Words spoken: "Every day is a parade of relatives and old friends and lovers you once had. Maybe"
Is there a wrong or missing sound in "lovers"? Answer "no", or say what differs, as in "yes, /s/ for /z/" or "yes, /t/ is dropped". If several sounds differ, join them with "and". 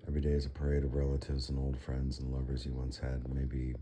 no